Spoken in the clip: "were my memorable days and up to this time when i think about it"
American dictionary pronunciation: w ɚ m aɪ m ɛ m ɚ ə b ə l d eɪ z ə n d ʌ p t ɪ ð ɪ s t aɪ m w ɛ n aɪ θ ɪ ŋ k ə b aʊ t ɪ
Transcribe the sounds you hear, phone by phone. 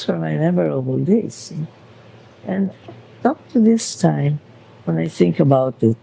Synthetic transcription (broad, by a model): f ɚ m aɪ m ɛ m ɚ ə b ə l d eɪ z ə n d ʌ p t ɪ ð ɪ s t aɪ m w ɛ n aɪ θ ɪ ŋ k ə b aʊ t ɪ